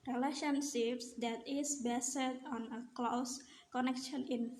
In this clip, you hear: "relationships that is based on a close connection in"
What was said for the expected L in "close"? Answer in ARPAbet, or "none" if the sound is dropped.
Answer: L